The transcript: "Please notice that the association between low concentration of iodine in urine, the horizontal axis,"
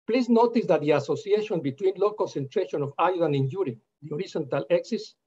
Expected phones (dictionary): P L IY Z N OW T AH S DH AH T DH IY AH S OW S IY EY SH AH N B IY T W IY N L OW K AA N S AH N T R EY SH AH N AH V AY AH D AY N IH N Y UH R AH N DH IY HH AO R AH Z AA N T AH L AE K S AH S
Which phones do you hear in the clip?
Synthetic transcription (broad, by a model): P L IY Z N OW T AH S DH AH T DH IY AH S OW S IY EY SH AH N B IY T W IY N L OW K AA N S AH N T R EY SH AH N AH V AY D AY N IH N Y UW R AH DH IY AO R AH S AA N T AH L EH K S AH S